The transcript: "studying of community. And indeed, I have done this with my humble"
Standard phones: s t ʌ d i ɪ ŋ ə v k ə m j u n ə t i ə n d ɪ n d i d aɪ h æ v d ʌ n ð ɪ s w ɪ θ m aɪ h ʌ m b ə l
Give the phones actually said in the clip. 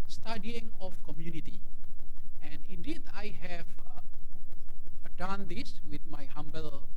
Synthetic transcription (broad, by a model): s t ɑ d i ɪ ŋ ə f k ə m j u n ə t i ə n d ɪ d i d aɪ h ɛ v d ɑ n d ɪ s w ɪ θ m aɪ h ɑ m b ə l